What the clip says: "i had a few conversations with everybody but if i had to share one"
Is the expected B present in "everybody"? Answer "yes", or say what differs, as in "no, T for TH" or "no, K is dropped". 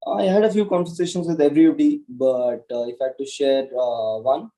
no, B is dropped